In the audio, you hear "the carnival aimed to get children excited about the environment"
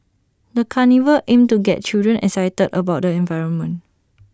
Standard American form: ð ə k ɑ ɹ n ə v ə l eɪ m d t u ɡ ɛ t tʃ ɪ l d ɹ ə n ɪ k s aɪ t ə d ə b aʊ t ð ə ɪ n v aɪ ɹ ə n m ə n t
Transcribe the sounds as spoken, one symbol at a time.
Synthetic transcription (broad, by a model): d ə k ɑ n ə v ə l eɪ m t u ɡ ɛ t tʃ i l d ɹ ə n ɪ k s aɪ t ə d ə b aʊ t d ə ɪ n v aɪ ɹ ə n m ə n